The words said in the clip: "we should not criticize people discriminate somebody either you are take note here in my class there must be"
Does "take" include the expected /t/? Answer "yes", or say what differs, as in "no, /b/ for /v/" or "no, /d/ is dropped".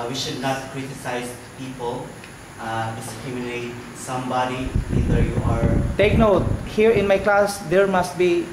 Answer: yes